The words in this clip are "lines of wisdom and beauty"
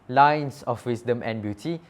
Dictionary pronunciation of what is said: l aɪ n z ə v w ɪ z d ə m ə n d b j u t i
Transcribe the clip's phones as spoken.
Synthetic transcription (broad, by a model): l aɪ n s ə f w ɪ s d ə m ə n b j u t i